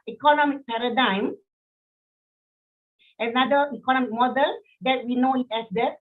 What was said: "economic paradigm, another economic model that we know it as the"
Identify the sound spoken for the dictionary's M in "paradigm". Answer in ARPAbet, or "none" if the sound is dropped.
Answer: M